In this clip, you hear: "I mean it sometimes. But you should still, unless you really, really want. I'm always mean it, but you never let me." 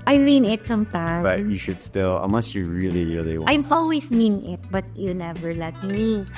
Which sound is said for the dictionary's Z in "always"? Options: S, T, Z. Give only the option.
S